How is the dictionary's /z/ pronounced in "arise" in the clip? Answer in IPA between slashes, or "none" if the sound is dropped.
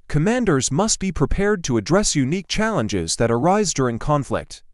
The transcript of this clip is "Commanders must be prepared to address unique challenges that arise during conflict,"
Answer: /z/